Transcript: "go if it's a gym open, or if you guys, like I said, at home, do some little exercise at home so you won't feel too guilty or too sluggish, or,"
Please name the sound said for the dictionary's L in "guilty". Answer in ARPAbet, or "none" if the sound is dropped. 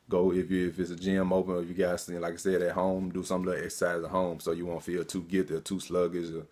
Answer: none